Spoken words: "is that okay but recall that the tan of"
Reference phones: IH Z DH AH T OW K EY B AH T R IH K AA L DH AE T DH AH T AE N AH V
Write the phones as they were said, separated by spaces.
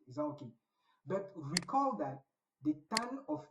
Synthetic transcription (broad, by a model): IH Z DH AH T OW K EY B AH T W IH K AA L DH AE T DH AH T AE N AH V